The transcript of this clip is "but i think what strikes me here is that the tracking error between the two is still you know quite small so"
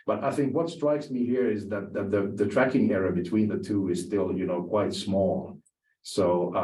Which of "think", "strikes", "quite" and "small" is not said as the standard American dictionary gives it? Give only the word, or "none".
none